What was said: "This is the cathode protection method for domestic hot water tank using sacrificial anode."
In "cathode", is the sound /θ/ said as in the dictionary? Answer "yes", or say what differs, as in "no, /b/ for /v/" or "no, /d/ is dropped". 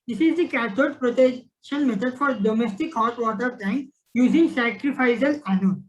no, /t/ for /θ/